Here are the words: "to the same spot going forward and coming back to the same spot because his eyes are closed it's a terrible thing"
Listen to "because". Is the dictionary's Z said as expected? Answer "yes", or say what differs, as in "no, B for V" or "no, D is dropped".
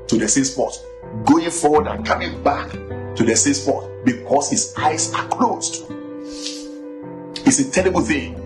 no, S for Z